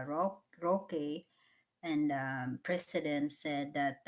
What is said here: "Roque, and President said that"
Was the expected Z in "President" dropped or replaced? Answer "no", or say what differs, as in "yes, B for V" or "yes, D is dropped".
yes, S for Z